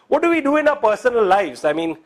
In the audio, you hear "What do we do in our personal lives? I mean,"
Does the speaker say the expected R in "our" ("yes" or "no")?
no